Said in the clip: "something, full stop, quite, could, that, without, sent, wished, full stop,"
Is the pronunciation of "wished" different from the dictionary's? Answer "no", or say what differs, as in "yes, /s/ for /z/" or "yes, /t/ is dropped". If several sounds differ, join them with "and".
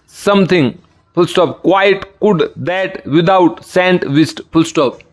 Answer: yes, /s/ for /ʃ/